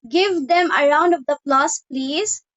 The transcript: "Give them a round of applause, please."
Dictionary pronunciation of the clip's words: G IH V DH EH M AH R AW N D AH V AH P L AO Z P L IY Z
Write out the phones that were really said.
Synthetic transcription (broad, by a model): G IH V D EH M AH R AW N D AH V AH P L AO S P L IY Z